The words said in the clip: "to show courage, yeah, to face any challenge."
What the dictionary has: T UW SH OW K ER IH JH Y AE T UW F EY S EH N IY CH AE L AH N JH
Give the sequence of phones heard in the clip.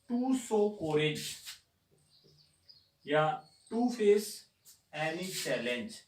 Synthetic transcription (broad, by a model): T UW S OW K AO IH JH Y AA T UW F EY S EH N IY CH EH L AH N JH